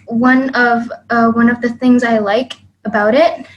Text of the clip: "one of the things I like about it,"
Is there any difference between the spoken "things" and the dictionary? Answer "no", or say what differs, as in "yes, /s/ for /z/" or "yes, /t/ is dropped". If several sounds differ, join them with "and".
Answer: no